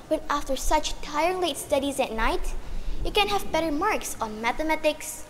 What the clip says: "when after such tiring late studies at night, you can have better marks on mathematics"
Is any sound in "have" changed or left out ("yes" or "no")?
no